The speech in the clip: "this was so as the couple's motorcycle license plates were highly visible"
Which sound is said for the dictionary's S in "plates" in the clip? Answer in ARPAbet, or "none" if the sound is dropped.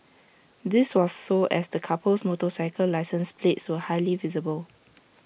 S